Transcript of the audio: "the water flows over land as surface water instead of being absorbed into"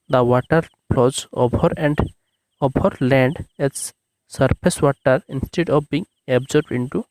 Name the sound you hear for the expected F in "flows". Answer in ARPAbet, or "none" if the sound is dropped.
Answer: P